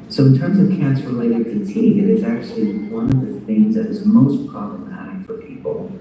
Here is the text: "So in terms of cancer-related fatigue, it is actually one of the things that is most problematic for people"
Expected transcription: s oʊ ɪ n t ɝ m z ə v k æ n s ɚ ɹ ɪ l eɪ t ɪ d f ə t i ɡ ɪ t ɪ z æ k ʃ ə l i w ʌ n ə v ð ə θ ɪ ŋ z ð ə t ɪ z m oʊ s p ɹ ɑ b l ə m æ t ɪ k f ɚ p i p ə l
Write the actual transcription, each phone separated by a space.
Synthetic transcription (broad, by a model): s oʊ ɪ n t ɝ m z ə v k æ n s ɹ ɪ l eɪ t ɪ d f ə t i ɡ ɪ t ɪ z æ k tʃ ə l i w ʌ n ə v ð ə θ ɪ ŋ z ð ə t ɪ z m oʊ s p ɹ ɑ b l ə m æ t ɪ k f ɚ p i p l